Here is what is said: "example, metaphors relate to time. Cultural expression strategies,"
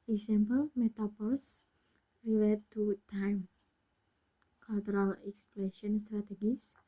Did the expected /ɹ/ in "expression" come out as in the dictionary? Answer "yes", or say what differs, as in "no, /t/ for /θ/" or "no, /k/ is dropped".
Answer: no, /l/ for /ɹ/